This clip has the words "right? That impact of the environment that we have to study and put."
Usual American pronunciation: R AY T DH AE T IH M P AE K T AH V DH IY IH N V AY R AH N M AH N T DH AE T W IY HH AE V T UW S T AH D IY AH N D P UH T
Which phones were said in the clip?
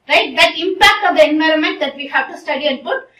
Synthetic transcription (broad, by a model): R AY T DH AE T IH M P AE K T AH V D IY IH N V AY R AH N M AH N T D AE T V IY HH AE V T UW S T AH D IY AH N D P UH T